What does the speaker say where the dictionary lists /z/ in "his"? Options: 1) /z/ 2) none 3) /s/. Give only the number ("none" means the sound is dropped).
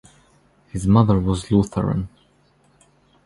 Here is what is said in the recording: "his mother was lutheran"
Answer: 1